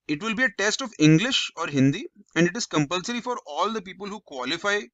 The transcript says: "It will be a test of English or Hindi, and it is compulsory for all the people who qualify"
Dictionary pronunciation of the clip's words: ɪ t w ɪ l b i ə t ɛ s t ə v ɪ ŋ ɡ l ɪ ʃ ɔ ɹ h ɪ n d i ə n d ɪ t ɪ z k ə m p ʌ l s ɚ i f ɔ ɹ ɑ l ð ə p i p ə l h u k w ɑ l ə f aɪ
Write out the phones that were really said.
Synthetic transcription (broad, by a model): ɪ t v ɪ l b i ə t ɛ s t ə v ɪ ŋ ɡ l ɪ ʃ ɔ ɹ h ɪ n d i ə n d ɪ t ɪ z k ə m p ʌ l s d i f ɔ ɹ ɑ l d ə p i p ə l h u k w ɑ l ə f aɪ